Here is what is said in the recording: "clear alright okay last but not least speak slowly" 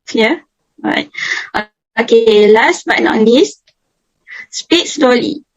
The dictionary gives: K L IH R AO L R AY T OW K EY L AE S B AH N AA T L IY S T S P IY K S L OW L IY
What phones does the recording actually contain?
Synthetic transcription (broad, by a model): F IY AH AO R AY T OW K EY L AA S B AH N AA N L IY S T S P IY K S L OW L IY